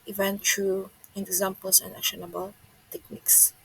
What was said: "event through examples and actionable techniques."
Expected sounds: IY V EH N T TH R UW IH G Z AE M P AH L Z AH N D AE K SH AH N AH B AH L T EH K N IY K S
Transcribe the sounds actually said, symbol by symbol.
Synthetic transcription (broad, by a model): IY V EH N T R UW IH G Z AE M P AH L S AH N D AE SH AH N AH B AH L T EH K N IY K S